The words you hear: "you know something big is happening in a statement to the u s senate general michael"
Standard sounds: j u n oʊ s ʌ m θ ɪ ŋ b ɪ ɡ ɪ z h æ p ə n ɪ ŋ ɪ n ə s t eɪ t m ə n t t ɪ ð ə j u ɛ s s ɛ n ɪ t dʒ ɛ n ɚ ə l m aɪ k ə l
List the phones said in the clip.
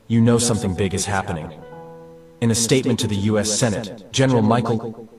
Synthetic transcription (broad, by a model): j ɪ n oʊ s ʌ m θ ɪ ŋ b ɪ ɡ ɪ z h æ p ə n ɪ ŋ ɪ n ə s t eɪ t m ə n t t ɪ ð ə j u ɛ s s ɛ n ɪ t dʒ ɛ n ɚ l m aɪ k l